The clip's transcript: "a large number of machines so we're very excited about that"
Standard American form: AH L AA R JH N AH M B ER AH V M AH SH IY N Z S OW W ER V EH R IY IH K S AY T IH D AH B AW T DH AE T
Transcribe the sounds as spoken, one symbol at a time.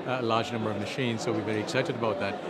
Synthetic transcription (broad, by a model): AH L AA R JH N AH M B ER AH V M AH SH IY N Z S OW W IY V EH R IY IH K S AY T IH D AH B AW T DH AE T